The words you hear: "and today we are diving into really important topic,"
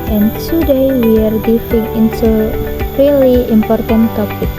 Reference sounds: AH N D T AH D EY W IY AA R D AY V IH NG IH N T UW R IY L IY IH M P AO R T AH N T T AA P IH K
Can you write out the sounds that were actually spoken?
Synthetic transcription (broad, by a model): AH N T AH D EY W IY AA R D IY F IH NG IH N T UW R IY L IY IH M P AO R T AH N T T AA P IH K